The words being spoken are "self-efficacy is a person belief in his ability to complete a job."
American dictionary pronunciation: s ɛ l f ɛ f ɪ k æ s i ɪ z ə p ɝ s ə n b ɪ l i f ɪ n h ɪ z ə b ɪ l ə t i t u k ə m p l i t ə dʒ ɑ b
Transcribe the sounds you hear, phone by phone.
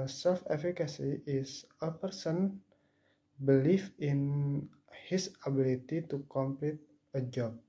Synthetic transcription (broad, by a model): s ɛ l f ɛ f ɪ k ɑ s i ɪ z ə p ɝ s ə n b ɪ l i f ɪ n h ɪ s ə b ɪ l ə t i t u k ə m p l i t ə dʒ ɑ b